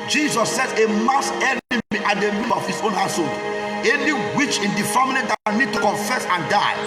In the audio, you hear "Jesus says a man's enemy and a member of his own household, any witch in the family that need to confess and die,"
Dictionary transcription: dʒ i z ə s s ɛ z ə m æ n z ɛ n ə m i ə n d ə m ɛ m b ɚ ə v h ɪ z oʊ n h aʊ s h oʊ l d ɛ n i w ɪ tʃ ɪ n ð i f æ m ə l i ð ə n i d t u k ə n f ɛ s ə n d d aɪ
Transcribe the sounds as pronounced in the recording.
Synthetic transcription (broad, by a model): dʒ i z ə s s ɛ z ə m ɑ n s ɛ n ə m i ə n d ə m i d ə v h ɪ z oʊ n h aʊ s h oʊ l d ɛ n i w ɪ tʃ ɪ n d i f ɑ m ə n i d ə n i d t u k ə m f ɛ s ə n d d aɪ